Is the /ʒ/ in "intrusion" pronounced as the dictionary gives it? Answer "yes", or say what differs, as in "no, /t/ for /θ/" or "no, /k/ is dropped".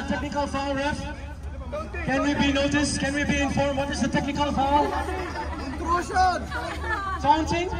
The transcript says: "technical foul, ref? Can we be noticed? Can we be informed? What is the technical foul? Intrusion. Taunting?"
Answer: no, /s/ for /ʒ/